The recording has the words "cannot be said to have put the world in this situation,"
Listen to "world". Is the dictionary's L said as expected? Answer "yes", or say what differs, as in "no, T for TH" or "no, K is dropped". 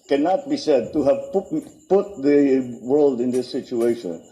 yes